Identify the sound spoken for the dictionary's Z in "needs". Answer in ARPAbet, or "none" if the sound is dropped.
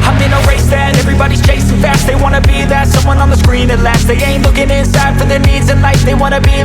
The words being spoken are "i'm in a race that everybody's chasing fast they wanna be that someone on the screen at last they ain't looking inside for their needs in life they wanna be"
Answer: Z